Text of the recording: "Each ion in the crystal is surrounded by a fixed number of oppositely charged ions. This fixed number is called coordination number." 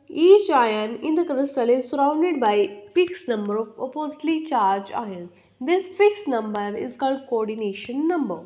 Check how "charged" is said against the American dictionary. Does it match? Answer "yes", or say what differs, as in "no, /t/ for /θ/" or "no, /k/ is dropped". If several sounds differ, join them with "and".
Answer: no, /d/ is dropped